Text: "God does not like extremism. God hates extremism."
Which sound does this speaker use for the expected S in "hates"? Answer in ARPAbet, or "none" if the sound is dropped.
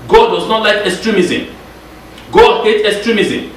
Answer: none